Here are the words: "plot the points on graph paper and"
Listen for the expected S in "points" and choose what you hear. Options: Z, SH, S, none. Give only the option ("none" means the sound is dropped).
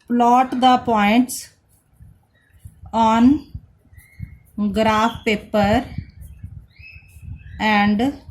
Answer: S